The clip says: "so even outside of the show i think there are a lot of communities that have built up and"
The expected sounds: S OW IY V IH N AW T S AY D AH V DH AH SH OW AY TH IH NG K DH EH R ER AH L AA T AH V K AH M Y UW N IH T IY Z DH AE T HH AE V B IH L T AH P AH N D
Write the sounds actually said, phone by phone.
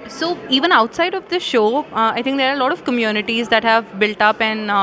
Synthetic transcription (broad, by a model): S OW IY V IH N AW T S AY D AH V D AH SH OW AY T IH NG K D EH R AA AH L AA T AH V K AH M Y UW N IH T IY Z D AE T HH AE V B IH L T AH P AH N D